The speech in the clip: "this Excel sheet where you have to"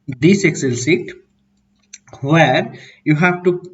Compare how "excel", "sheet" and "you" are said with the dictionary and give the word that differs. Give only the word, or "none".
sheet